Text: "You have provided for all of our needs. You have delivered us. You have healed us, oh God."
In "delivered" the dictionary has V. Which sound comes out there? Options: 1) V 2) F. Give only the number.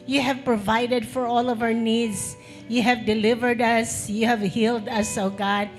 1